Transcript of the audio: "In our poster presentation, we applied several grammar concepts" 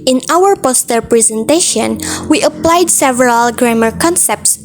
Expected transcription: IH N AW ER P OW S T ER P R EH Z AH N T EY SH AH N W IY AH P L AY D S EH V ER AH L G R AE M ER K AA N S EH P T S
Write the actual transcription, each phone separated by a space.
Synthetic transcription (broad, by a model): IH N AW ER P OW S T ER P R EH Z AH N T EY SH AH N W IY AH P L AY D S EH V ER AH L G R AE M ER K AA N S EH P T S